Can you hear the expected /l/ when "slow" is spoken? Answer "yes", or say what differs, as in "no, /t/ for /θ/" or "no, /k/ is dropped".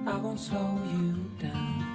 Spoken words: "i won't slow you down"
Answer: no, /l/ is dropped